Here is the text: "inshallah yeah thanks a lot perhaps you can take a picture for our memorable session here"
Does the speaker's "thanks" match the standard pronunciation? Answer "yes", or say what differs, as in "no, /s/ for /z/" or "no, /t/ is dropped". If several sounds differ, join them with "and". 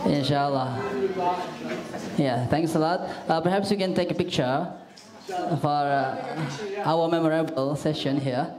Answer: no, /t/ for /θ/